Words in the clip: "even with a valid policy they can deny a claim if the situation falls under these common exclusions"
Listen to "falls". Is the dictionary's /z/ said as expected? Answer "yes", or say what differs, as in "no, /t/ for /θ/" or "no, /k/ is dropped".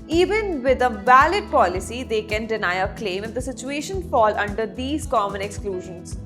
no, /z/ is dropped